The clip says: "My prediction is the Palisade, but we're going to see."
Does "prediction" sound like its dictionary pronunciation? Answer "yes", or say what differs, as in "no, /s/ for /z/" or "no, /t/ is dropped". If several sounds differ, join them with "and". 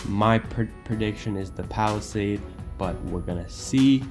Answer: yes